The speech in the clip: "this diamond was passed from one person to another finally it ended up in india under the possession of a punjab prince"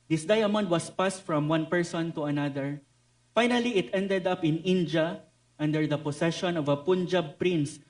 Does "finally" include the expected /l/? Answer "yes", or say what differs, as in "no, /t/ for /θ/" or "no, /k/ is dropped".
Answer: yes